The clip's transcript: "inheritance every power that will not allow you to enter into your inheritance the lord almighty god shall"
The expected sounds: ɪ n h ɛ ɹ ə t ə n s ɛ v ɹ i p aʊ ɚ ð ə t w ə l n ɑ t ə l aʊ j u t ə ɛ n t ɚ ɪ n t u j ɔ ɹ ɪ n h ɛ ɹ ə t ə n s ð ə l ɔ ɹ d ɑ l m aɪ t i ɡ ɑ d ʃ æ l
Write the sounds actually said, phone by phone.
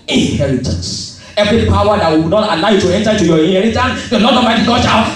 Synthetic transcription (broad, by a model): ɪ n h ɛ ɹ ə t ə n s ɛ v ɹ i p aʊ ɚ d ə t w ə n ɑ t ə l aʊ j u t ə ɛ n t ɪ t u j ɔ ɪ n h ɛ ɹ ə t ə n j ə n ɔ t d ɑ m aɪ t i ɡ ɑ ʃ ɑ